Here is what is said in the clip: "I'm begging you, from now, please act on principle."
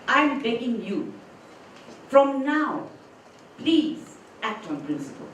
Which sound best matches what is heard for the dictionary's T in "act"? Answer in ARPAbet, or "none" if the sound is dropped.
T